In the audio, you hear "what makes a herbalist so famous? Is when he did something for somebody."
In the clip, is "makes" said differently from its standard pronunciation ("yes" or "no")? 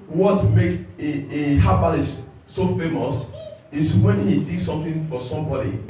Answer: yes